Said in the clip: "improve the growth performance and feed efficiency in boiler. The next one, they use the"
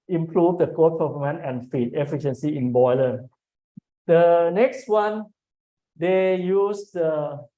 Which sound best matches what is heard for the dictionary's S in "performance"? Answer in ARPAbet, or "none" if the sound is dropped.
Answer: none